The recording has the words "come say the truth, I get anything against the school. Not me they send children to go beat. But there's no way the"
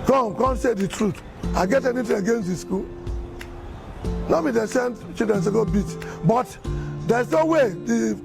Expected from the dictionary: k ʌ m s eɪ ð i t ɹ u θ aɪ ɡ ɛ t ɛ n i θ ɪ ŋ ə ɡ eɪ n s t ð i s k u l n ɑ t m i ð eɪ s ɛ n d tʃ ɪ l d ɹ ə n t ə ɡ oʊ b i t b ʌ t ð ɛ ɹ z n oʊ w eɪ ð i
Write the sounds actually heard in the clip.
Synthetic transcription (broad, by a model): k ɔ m s eɪ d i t ɹ u t aɪ ɡ ɛ t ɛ n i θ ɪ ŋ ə ɡ eɪ n s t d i s k u l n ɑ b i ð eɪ s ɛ n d tʃ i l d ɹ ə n s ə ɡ oʊ b i t b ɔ t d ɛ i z n oʊ w eɪ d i